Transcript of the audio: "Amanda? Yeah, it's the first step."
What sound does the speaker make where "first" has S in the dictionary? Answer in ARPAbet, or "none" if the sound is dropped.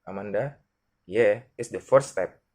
none